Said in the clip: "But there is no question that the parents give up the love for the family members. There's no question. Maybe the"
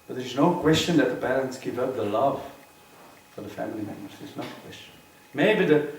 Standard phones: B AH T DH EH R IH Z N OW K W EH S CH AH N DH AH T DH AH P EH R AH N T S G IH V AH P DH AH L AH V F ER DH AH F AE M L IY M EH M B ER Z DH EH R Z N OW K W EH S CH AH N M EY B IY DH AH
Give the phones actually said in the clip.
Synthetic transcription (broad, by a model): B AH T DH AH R IH Z N OW K W EH S CH AH N DH AH T DH AH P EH R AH N T S G IH V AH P DH AH L AH V F ER DH AH F AE M L IY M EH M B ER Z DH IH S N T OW K W EH S CH AH N M EY B IY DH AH